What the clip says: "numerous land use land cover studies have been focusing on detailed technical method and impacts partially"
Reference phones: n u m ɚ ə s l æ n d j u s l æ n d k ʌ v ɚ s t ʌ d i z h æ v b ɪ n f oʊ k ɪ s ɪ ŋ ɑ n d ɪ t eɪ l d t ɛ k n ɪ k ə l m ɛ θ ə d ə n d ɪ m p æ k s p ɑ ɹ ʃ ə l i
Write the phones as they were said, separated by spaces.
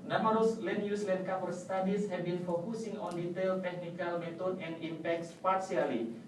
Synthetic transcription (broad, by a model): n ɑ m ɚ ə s l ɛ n j u s l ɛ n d k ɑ p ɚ s t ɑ d i s h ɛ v b ɪ n f oʊ k ɪ s ɪ ŋ ɑ n d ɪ t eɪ l t ɛ k n ɪ k ə l m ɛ t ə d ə n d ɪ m p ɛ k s p ɑ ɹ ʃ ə l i